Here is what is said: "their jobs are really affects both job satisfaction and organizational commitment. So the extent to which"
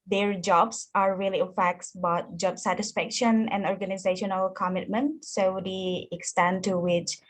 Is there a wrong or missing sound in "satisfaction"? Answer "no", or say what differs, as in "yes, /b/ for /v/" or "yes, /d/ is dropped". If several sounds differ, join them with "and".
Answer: no